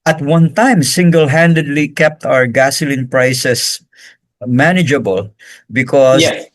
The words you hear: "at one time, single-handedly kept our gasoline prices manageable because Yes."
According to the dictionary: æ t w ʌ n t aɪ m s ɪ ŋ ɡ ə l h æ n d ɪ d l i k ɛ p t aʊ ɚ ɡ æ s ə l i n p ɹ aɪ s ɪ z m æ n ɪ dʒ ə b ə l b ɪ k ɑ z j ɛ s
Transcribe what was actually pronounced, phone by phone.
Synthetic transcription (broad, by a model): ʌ t w ʌ n t aɪ m s ɪ ŋ ɡ ə l h æ n d ɪ d l i k ɛ p t aʊ ɚ ɡ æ s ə l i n p ɹ aɪ s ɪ s m æ n ɪ dʒ ə b ə l b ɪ k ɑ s